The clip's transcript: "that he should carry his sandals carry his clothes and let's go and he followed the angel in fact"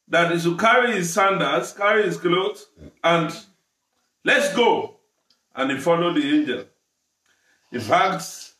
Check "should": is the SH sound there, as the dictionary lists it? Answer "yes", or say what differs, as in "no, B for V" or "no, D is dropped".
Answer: no, S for SH